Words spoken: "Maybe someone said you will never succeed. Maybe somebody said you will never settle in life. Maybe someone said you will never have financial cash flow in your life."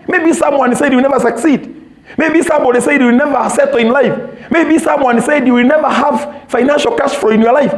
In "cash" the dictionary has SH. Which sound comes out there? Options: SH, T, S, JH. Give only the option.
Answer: S